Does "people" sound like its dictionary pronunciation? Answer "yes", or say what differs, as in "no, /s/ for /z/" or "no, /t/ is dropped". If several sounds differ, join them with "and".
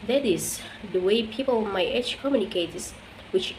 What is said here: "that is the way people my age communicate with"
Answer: no, /n/ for /l/